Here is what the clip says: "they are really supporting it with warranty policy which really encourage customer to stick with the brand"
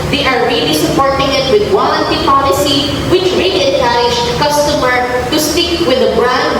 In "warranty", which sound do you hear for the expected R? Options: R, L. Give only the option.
L